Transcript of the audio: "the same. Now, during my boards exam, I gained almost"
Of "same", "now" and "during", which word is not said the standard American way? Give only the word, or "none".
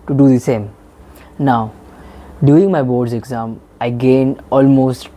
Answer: during